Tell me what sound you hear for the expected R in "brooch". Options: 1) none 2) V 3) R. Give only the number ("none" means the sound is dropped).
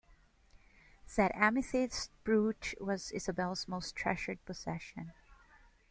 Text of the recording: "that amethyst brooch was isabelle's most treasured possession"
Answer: 3